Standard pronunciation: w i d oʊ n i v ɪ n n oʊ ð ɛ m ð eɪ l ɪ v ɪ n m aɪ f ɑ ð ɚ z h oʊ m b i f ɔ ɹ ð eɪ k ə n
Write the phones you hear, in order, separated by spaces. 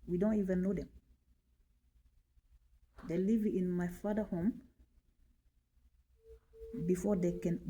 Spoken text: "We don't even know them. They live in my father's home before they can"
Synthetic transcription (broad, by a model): w i d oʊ n i v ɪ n n oʊ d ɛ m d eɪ l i v ɪ n m aɪ f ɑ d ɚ h oʊ m b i f ɔ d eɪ k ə n